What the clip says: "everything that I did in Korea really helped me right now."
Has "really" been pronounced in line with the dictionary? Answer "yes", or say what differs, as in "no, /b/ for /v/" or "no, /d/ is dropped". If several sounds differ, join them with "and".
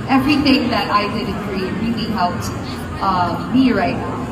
no, /l/ is dropped